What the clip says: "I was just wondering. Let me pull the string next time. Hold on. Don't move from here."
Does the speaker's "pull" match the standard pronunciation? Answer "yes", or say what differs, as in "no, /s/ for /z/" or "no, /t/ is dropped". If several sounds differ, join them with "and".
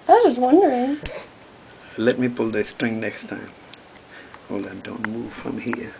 yes